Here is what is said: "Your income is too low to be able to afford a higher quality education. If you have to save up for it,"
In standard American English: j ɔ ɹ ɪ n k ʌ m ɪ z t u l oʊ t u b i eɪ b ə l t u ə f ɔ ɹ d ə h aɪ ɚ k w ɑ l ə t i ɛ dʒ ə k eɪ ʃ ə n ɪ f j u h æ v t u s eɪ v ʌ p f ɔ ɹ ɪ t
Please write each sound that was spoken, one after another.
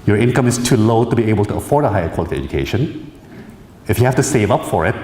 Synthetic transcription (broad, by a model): j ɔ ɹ ɪ n k ʌ m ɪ s t u l oʊ t u b i eɪ b ə l t u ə f ɔ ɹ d ə h aɪ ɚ k w ɑ l ə t i ɛ dʒ ə k eɪ ʃ ə n ɪ f j u h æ f t u s eɪ v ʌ p f ɔ ɹ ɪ t